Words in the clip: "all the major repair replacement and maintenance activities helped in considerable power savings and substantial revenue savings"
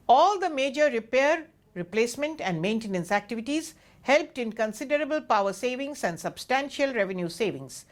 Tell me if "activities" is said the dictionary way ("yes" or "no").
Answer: yes